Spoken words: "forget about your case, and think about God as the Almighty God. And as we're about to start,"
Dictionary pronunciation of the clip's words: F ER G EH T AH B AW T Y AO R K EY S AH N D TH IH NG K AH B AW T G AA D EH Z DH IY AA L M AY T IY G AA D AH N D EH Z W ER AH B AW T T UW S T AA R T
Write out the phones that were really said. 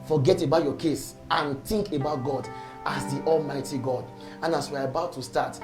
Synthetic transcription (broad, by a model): F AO G EH T AH B AW T Y AO K EY S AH N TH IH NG K AH B AW T G AA D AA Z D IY AA L M AY T IY G AA D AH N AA S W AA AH B AW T T UW S T AA T